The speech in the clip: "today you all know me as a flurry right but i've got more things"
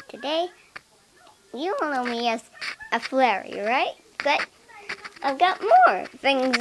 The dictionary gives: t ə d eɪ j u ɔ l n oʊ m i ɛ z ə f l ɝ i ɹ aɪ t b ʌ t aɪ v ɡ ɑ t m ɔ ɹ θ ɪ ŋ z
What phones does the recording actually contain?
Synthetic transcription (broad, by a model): t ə d eɪ j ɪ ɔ n n oʊ m i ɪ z ə f l ɝ i ɹ aɪ t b ʌ t aɪ v ɡ ɑ t m ɔ ɹ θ ɪ ŋ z